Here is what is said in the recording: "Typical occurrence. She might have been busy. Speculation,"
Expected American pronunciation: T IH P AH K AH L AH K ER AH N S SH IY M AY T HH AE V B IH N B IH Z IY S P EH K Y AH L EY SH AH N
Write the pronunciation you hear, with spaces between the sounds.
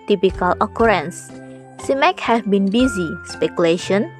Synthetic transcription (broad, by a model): T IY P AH K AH L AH K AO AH N S S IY M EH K HH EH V B IH N B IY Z IY S P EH K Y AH L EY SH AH N